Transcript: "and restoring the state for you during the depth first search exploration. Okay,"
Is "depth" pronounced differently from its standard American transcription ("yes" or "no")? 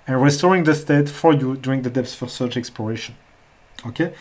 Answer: yes